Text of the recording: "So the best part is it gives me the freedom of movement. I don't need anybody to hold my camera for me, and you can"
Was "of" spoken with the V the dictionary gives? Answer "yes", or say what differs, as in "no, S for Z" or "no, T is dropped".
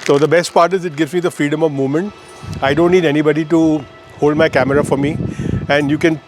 yes